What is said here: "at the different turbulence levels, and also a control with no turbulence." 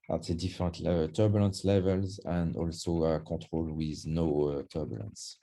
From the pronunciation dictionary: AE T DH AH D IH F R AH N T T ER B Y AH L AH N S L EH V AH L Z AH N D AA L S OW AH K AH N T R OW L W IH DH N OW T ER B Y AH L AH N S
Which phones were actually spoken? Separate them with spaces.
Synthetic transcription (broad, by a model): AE T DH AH D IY F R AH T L T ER B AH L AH N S L EH V AH L Z AH N D AA L S OW AH K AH T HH OW L W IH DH N OW T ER B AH L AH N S